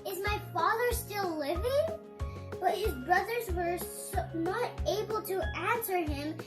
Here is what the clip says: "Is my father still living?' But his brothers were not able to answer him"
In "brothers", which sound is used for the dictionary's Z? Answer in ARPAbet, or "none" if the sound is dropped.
Z